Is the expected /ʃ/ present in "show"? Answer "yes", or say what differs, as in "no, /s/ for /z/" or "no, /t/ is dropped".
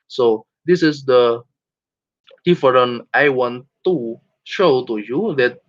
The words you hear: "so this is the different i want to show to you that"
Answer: yes